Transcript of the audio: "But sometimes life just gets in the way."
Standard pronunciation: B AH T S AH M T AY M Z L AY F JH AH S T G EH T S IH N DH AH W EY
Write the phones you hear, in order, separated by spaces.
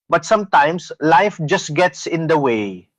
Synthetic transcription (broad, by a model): B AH T S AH M T AY M S L AY F JH AH S T G EH T S IH N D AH W EY